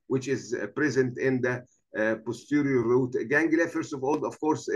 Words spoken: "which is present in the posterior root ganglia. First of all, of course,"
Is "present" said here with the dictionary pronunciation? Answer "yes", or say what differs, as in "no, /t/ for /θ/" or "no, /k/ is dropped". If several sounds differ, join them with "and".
yes